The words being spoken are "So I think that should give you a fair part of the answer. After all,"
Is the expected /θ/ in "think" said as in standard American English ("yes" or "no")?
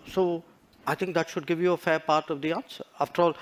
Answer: no